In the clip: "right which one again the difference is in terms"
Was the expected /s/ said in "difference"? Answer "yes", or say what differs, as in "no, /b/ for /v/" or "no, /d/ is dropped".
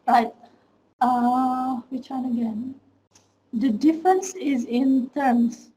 yes